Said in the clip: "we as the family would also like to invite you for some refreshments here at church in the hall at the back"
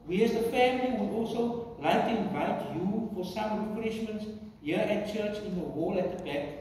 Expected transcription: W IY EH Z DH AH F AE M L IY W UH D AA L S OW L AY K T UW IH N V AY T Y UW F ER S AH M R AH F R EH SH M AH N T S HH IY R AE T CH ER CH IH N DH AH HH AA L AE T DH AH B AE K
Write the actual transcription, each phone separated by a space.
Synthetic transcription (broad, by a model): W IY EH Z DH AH F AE M L IY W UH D AA L S OW L AY K T UW IH N V AY T Y UW F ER S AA M R AH F R EH SH M AH N T S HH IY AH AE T CH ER CH IH N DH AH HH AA L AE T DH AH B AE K